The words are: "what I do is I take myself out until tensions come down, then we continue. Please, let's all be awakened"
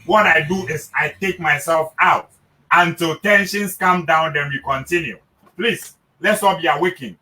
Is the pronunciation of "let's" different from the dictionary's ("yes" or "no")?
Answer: no